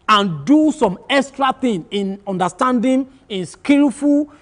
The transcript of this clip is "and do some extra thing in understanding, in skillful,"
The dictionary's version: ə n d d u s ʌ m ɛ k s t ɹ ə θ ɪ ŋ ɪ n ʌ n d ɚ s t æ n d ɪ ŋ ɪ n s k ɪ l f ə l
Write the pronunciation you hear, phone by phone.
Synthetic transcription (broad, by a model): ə n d d u s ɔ m ɛ k s t ɹ ə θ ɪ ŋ ɪ n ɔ n d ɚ s t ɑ n d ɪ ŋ ɪ n s k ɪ l f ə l